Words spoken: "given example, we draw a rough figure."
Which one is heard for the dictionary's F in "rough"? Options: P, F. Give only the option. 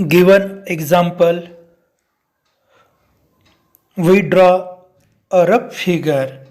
P